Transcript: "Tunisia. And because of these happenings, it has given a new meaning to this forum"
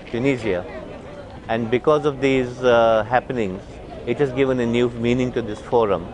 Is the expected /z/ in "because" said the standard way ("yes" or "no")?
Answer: yes